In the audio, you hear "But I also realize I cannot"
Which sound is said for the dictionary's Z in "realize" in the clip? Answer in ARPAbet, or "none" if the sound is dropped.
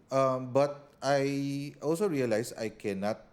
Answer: S